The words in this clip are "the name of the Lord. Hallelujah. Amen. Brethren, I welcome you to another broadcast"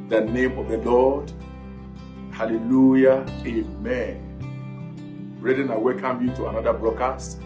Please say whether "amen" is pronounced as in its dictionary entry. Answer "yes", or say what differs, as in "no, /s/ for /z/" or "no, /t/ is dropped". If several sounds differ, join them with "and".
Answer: yes